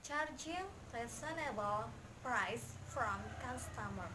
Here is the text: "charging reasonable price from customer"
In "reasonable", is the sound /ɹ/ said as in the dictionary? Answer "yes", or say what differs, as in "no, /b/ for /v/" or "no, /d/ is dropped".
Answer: no, /l/ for /ɹ/